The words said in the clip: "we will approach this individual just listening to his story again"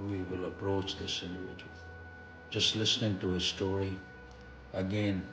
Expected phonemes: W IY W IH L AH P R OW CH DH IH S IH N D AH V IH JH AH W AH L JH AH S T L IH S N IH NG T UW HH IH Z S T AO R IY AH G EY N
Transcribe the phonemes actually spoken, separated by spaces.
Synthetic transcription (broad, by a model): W IY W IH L AH P R OW CH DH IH S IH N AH IH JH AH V JH AH S T L IH S N IH NG T UW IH S T AO R IY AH G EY N